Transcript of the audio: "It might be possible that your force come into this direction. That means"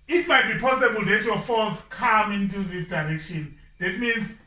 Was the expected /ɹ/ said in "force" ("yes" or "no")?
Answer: no